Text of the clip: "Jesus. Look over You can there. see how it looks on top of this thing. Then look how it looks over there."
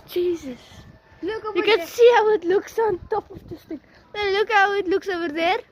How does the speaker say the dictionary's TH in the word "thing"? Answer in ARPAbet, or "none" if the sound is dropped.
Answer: T